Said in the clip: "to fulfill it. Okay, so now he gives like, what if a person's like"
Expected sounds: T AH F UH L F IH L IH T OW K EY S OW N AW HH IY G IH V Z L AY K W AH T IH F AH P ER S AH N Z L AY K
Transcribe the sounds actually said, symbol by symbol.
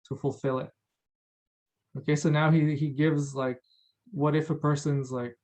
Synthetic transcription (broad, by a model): T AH F UH L F IH L IH T OW K EY S OW N AW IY IY G IH V Z L AY K W AH T IH F AH P ER S AH N Z L AY K